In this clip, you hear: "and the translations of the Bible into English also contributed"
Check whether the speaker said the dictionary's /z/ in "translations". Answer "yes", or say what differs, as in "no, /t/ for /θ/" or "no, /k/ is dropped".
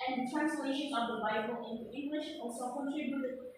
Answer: no, /z/ is dropped